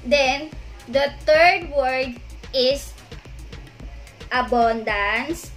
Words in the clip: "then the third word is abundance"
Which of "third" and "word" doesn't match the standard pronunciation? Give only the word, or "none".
third